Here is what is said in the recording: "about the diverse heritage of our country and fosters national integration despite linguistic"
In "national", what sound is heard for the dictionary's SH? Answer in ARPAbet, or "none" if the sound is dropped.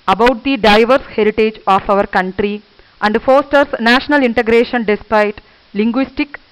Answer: SH